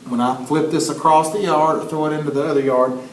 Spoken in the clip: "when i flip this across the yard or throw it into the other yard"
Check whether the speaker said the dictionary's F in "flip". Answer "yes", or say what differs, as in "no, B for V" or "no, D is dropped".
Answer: yes